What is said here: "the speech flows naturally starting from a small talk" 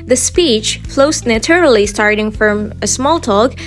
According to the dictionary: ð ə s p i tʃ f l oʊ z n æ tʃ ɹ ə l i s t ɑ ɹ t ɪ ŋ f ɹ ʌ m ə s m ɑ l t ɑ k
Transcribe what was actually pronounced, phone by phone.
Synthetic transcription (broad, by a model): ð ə s p i tʃ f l oʊ s n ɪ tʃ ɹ l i s t ɑ ɹ t ɪ ŋ f ɹ ʌ m ə s m ɑ l t ɑ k